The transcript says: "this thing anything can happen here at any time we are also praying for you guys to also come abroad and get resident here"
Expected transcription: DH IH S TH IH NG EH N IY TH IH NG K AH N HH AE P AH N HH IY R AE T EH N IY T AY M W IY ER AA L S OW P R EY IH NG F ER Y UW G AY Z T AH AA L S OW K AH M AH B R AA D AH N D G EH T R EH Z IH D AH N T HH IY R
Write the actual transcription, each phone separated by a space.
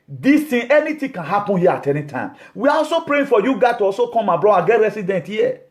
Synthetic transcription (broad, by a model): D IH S T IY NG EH N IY T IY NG K AH N HH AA P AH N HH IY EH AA T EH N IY T AY M W IY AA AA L S OW P R EY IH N F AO Y UW G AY T AH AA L S OW K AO M AH B R AA D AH G EH T R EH S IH D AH N T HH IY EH